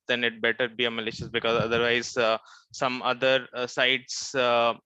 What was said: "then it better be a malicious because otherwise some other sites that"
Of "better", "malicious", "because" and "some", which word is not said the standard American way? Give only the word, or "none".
none